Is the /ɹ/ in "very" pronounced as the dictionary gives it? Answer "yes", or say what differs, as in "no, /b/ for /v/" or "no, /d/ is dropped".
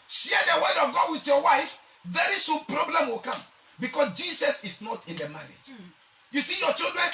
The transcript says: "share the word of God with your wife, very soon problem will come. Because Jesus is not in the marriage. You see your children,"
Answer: yes